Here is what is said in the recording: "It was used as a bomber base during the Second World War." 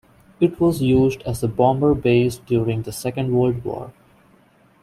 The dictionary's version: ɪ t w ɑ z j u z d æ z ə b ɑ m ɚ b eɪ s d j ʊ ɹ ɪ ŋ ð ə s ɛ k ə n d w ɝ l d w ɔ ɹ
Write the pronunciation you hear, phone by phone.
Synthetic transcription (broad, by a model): ɪ t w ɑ z j u z d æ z ə b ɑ m ɚ b eɪ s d j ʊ ɹ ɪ ŋ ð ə s ɛ k ə n d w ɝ l d w ɔ ɹ